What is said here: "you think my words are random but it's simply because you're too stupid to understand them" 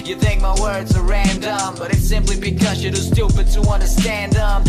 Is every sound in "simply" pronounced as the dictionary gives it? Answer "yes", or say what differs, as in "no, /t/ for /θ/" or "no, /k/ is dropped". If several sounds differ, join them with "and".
yes